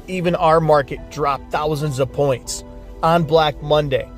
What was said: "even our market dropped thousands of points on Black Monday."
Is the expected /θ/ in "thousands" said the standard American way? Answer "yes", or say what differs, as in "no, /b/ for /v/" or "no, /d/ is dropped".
yes